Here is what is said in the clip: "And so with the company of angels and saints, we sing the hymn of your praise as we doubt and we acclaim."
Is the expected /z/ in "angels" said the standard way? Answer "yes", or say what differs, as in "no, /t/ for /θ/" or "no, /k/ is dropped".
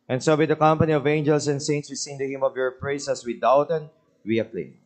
no, /s/ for /z/